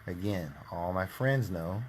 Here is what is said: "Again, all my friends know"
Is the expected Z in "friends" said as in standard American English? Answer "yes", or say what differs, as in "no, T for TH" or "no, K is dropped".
yes